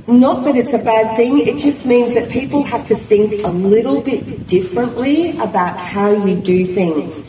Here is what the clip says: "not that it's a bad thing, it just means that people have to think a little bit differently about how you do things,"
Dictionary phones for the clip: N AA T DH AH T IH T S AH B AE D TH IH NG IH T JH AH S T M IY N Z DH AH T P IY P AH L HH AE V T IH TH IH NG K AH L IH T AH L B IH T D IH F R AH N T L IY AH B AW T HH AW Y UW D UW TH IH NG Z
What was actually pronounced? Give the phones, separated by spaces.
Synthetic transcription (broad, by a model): N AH T DH AH T IH T S AH B AE D TH IH NG IH T JH AH S T M IY N Z DH AH T P IY P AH L HH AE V T IH TH IH NG K AH L IH T L B IH T D IH F R AH N T L IY AH B AW T HH AW Y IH D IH TH IH NG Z